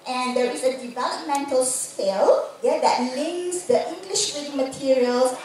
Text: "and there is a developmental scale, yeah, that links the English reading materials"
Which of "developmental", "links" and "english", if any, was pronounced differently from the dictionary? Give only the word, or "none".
links